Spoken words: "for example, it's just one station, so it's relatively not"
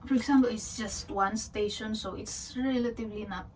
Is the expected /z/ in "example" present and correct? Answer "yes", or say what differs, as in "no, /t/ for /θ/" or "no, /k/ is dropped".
no, /s/ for /z/